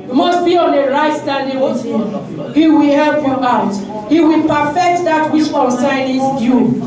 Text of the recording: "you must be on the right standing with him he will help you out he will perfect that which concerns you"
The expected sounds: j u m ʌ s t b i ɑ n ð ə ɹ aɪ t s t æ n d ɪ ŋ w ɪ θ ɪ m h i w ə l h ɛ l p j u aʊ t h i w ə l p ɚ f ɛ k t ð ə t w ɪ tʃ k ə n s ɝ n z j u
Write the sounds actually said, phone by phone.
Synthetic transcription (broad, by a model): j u m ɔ s t b i ɑ n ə ɹ aɪ t s t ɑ n d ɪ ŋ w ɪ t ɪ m h i w ə l h ɛ l p j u aʊ t h i w ə l p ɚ f ɛ k t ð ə t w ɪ s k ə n s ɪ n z j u